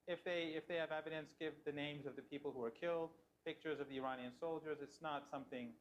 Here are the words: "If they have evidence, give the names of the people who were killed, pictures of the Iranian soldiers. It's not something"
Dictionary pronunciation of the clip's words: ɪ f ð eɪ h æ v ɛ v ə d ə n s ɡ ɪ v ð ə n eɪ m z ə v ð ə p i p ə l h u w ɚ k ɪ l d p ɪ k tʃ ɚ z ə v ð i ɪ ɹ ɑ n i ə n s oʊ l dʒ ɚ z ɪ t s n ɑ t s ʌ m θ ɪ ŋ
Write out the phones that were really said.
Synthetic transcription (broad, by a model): ɪ f ð eɪ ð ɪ v ɛ v ə d ə n s ɡ ɪ v ð ə n eɪ m z ə v ð ə p i p l h u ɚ k ɪ l d p ɪ k tʃ ɚ z ə v ð i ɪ ɹ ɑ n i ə n s oʊ l dʒ ɚ z ɪ t s n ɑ t s ʌ m θ ɪ ŋ